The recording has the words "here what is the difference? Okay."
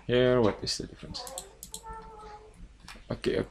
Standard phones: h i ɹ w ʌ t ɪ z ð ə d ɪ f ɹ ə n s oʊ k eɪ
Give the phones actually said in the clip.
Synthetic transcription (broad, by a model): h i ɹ w ʌ t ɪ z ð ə d ɪ f ɹ ə n s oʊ k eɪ